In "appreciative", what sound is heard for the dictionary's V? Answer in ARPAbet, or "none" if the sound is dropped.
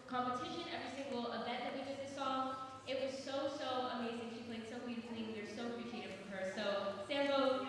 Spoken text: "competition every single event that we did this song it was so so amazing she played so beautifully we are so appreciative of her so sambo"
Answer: F